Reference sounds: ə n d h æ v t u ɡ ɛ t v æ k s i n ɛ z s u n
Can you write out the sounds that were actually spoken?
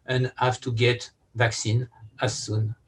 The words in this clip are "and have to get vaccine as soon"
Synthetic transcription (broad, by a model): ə n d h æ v t u ɡ ɛ t v æ k s i n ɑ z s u n